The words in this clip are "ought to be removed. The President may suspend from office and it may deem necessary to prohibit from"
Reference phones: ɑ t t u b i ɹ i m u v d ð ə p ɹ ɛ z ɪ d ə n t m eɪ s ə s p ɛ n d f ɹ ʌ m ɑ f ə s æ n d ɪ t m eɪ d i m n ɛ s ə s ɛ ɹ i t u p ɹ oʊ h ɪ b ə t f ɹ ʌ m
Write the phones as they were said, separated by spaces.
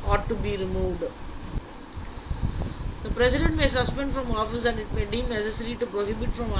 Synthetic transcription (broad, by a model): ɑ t t u b i ɹ i m u v d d ə p ɹ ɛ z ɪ d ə n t m eɪ s ə s p ɛ n d f ɹ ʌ m ɑ f ə s æ n d ɪ t m eɪ d i m n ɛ s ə s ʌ ɹ i t u p ɹ oʊ h ɪ b ə t f ɹ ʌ m